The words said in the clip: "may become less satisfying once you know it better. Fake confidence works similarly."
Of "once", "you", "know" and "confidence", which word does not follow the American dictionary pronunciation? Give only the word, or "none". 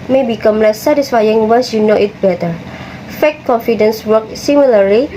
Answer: once